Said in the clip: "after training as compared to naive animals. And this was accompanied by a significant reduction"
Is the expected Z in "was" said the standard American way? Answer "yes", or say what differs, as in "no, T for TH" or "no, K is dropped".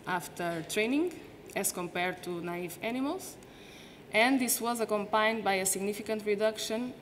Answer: yes